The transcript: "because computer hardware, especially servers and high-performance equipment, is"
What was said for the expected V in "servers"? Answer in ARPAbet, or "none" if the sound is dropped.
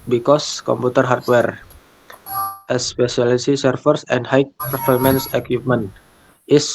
F